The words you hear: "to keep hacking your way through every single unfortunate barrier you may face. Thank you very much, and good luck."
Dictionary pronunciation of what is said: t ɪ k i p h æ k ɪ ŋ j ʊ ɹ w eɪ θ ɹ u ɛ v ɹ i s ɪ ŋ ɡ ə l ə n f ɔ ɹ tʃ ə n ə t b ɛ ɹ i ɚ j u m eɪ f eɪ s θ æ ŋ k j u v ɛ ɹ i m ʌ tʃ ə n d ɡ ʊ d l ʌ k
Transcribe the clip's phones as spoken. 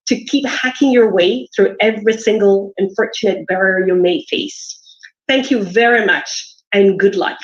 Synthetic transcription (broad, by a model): t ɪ k i p h æ k ɪ ŋ j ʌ ɹ w eɪ θ ɹ u ɛ v ɹ i s ɪ ŋ ɡ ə l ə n f ɔ ɹ tʃ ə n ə t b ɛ ɹ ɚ j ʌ m eɪ f eɪ s θ æ ŋ k j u v ɛ ɹ i m ʌ tʃ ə n ɡ ʊ d l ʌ k